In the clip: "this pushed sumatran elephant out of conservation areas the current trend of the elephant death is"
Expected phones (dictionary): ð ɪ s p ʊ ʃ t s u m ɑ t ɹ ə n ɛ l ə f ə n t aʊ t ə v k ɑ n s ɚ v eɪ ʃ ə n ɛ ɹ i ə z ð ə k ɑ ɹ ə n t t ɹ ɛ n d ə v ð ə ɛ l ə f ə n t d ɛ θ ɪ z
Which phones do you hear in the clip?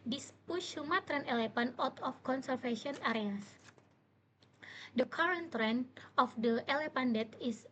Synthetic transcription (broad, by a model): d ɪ s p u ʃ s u m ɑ t ɹ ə n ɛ l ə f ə n ɔ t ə f k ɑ n s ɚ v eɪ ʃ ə n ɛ ɹ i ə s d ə k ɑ ɹ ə n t t ɹ ɛ n d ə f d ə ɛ l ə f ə n d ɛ t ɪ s